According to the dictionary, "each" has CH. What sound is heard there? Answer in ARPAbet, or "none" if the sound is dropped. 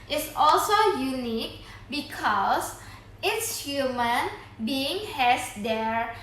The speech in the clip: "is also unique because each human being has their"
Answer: S